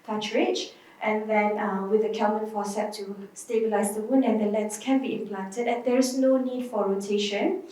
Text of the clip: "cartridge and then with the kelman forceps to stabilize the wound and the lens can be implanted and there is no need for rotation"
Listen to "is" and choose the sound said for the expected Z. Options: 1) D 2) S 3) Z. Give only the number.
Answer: 2